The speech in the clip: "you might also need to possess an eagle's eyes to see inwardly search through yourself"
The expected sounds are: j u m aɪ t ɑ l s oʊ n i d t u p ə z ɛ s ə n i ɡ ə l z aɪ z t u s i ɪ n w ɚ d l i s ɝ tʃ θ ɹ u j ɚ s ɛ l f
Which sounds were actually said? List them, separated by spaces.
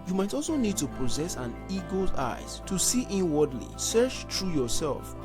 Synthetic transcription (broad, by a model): j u m aɪ t ɑ l s oʊ n i d t u p ə z ɛ s ə n i ɡ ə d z aɪ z t u s i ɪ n w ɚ d l i s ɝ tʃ t ɹ u j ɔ s ɛ l f